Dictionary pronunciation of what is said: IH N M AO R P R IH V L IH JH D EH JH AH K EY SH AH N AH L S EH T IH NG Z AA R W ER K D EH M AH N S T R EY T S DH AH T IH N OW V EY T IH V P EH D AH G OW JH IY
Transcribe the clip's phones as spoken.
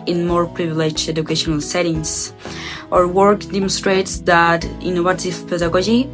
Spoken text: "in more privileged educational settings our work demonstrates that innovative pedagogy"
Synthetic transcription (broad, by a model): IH N M AO R P R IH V L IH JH EH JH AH K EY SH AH N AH L S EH T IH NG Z AA R W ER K D EH M AH N S T R EY T S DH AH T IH N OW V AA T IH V P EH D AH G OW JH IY